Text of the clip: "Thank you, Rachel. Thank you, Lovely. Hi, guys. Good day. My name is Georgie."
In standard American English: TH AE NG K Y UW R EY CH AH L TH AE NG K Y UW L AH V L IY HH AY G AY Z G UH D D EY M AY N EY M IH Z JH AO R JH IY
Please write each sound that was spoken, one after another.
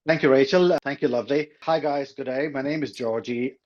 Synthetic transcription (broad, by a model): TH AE NG K Y UW R EY CH AH L T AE NG K Y UW L AH V L IY HH AY G AY Z G UH D D EY M AY N EY M IH Z JH AO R JH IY